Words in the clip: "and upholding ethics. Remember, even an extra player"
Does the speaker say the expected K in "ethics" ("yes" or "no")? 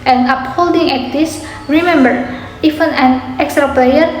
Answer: no